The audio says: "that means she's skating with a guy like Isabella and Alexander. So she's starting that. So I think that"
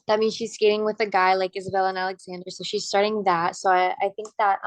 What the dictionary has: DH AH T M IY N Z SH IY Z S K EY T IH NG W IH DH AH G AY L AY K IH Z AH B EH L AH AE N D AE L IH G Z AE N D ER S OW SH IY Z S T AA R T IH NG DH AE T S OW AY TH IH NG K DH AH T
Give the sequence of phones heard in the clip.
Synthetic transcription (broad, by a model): DH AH T M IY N SH IY Z S K EY T IH NG W IH DH AH G AY L AY K IH Z AH B EH L AH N AE L IH G Z AE N D ER S OW SH IY Z S T AA R T IH NG DH AE T S OW AY TH IH NG K DH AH T